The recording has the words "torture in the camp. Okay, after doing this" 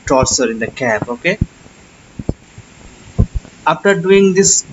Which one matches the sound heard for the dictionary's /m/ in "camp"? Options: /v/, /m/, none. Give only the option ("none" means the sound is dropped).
none